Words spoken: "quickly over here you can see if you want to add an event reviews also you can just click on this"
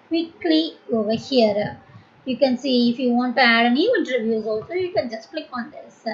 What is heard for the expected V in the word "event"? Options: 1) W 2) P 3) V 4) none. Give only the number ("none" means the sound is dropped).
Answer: 4